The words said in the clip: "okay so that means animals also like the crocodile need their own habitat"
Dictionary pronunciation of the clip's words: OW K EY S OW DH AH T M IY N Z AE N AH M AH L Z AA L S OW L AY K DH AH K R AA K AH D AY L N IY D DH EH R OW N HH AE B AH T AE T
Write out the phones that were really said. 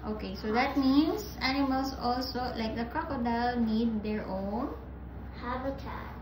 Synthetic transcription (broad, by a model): OW K EY S OW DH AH T M IY N S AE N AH M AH L S AA L S OW L AY K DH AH K R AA K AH D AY L N IY D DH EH R OW N HH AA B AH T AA